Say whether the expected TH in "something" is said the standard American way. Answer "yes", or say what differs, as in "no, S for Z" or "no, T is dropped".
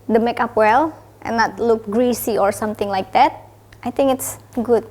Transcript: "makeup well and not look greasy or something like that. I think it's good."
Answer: no, T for TH